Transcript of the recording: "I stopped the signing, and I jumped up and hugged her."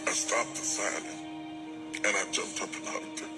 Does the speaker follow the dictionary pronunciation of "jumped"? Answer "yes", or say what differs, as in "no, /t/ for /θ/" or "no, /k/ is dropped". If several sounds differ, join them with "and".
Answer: yes